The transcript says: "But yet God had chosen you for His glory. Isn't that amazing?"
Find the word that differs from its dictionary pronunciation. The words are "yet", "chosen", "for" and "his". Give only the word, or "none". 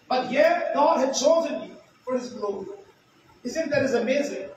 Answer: none